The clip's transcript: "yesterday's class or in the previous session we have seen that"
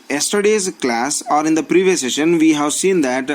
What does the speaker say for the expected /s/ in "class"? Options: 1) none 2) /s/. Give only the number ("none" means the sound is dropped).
2